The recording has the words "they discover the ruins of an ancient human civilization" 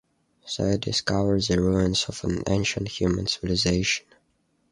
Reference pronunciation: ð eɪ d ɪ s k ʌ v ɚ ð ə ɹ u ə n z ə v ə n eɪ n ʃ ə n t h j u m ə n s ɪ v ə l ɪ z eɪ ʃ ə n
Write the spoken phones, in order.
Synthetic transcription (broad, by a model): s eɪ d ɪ s k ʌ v ɚ ð ə ɹ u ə n s ə v ə n eɪ n ʃ ə n t h j u m ə n s ɪ v ə l ɪ z eɪ ʃ ə n